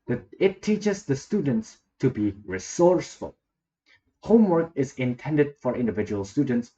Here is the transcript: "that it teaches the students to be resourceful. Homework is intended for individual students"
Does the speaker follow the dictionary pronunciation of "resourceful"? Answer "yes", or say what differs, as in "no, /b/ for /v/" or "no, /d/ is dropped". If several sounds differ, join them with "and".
yes